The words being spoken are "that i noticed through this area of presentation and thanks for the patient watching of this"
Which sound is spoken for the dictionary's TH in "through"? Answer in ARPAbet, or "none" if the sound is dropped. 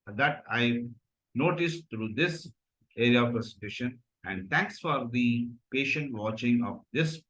T